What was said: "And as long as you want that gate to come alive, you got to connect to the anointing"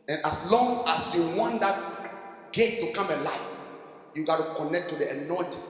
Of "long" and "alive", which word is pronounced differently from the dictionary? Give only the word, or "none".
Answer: alive